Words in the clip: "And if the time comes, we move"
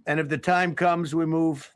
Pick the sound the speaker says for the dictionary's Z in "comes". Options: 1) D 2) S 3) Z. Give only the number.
3